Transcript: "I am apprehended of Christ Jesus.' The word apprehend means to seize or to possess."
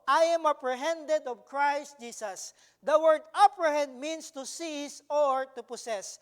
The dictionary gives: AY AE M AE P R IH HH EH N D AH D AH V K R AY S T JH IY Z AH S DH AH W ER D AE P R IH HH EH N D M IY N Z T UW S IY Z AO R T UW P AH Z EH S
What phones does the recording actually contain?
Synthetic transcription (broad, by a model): AY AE M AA P R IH HH EH N D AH D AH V K R AY S T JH IY S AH S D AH W ER D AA P R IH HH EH N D M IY N S T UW S IY S AO R T UW P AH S EH S